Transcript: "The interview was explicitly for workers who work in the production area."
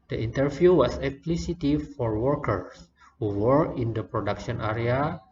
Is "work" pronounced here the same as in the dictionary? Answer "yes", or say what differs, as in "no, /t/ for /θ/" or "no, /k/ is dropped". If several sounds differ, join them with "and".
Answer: no, /k/ is dropped